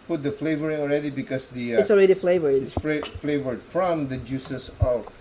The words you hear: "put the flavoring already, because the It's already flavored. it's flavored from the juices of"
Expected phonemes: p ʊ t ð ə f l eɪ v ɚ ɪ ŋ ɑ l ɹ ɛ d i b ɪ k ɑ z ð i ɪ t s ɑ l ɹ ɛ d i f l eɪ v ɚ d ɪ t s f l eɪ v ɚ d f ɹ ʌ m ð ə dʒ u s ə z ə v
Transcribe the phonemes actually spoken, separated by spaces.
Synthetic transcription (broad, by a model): p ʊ t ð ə f l eɪ v ɚ ɪ ŋ ɑ l ɹ ɛ d i b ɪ k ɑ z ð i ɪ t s ɑ l ɹ ɛ d i f l eɪ v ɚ ɪ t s f l eɪ v ɚ d f ɹ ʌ m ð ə dʒ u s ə s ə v